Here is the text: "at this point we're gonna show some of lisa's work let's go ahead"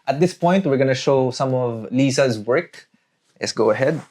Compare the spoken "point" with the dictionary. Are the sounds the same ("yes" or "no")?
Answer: yes